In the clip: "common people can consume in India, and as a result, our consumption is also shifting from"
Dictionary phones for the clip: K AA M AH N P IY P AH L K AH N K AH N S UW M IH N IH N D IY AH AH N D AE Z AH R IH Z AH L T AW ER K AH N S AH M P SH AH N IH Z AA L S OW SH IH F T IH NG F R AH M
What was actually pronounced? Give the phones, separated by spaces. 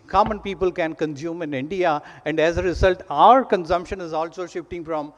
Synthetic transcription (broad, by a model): K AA M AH N P IY P AH L K AH N K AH N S UW M IH N IH N D IY AH AH N D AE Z AH R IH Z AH L T AW ER K AH N S AH M P SH AH N IH Z AA L S OW SH IH F T IH NG F R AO M